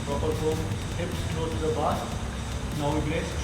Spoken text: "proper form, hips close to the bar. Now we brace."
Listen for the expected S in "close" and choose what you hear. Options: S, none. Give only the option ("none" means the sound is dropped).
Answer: none